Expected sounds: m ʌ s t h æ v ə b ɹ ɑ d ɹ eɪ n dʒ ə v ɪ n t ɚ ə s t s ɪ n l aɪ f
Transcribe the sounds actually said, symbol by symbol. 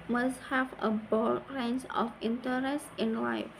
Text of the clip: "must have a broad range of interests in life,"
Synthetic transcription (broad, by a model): m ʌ s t h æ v ə b ɑ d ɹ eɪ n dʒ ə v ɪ n t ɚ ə s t ɪ n l aɪ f